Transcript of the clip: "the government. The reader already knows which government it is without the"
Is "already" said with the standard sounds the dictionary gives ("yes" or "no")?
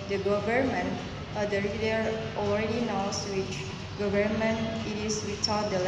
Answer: yes